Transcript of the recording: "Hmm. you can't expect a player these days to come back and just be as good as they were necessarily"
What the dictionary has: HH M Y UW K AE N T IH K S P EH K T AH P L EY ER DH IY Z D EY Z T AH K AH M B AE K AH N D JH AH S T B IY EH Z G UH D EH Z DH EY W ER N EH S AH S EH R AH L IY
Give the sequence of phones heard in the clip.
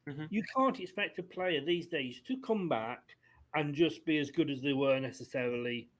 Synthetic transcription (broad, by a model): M Y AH K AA N T IH K S P EH K T AH P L EY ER DH IY Z D EY Z T AH K AH M B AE K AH N JH AH S B IY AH Z G UH D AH Z DH EY W ER N EH S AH S EH R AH L IY